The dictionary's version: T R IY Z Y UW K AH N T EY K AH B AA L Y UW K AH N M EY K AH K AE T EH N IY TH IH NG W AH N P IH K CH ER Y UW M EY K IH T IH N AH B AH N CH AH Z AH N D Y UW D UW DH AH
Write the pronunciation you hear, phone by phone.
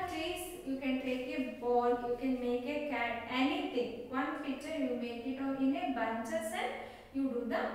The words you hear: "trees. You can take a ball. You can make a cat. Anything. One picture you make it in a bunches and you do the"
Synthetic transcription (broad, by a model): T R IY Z Y UW K AH N T EY K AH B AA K Y UW K AH N M EY K AH K AE T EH N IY T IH NG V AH N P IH CH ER Y UW M EY K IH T IH N AH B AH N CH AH S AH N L Y UW D UW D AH